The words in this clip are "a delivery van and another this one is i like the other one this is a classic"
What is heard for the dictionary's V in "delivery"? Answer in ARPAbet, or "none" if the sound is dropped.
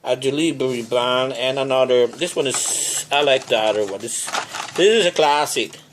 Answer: B